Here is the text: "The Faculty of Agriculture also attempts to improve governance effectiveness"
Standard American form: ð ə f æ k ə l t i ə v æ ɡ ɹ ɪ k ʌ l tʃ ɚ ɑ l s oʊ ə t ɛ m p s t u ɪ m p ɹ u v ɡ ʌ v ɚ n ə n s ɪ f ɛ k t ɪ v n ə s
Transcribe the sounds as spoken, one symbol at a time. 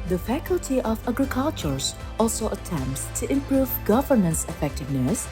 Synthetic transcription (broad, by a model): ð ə f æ k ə l t i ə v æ ɡ ɹ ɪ k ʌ l tʃ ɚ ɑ l s oʊ ə t ɛ m p s t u ɪ m p ɹ u v ɡ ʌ v ɚ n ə n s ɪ f ɛ k t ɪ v n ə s